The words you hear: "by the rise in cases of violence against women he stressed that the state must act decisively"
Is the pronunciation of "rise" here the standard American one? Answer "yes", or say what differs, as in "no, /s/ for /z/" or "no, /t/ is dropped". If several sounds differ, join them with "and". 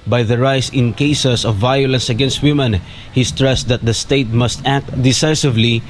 no, /s/ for /z/